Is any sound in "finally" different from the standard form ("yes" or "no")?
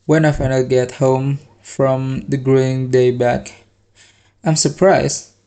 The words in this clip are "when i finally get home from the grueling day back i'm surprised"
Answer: yes